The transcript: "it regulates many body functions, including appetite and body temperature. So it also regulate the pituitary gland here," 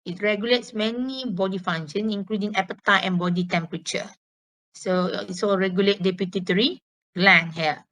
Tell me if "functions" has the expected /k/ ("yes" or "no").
no